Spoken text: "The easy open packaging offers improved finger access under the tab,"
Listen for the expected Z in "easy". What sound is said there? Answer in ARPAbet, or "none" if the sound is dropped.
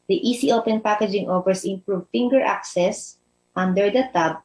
S